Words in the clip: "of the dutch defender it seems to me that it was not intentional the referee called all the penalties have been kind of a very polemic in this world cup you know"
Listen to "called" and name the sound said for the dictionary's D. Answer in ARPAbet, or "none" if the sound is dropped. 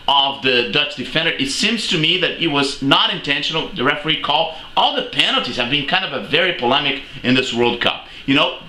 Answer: none